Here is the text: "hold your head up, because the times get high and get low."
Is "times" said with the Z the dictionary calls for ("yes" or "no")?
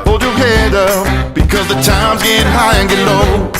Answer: yes